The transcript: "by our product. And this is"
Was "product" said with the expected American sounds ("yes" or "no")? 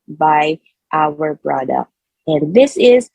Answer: no